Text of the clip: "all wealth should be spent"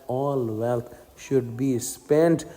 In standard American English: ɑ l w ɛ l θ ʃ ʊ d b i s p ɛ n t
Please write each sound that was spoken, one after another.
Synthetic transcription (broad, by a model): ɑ l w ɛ l t ʃ ʊ d b i s p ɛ n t